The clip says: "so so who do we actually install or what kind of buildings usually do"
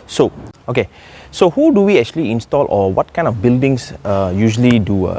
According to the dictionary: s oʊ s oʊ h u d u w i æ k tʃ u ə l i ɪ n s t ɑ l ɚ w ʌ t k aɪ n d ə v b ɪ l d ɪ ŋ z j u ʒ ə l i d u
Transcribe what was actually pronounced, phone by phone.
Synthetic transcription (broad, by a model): s oʊ s oʊ h u d u w i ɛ k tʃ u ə l i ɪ n s t ɑ l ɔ w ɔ t k aɪ n d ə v b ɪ l d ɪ ŋ s j u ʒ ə l i d u